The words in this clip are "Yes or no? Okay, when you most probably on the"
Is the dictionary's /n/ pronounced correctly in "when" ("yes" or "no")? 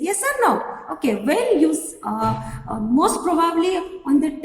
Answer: no